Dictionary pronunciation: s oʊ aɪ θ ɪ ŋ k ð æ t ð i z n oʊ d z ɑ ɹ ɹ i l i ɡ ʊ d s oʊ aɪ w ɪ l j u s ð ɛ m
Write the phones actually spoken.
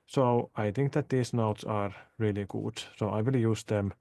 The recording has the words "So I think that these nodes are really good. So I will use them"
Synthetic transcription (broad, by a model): s oʊ aɪ θ ɪ ŋ k ð æ t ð i s n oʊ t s ɑ ɹ ɹ i l i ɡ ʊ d s oʊ aɪ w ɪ l j u s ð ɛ m